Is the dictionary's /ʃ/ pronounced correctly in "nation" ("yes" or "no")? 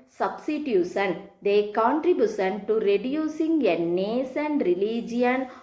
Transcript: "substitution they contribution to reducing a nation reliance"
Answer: no